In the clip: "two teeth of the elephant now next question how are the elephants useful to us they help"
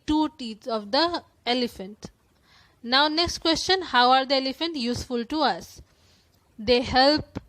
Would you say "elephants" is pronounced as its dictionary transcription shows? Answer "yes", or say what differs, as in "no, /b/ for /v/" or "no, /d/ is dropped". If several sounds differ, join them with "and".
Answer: no, /s/ is dropped